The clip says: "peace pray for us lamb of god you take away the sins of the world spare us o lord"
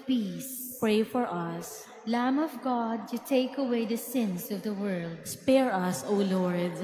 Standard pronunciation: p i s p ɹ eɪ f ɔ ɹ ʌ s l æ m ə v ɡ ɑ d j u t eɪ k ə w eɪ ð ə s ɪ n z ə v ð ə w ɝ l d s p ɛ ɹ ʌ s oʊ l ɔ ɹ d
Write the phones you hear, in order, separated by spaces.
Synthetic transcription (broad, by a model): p i s p ɹ eɪ f ɔ ɹ ʌ s l æ m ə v ɡ ɑ d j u t eɪ k ə w eɪ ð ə s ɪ n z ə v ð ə w ɝ l d s p ɛ ɹ ʌ s oʊ l ɔ ɹ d